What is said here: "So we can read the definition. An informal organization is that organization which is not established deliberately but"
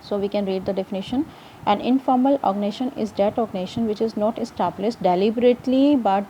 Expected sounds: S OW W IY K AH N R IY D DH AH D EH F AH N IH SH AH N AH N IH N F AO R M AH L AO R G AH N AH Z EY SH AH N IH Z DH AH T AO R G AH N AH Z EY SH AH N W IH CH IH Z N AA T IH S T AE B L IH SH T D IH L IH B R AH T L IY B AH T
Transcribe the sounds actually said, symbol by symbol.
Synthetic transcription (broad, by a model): S OW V IY K AH N R IY D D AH D EH F AH N IH SH AH N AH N IH N F AO R M AH L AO G N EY SH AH N IH Z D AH T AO G N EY SH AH N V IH CH IH Z N AA T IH S T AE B L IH S T D IH L IH B R AH T L IY B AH T